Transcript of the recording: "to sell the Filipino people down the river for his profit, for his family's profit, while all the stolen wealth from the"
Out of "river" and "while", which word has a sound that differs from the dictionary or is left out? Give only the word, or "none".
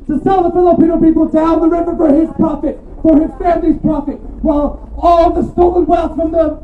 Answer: river